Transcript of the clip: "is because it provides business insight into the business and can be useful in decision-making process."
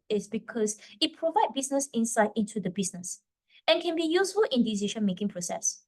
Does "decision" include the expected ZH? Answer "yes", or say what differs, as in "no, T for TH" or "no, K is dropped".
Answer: no, SH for ZH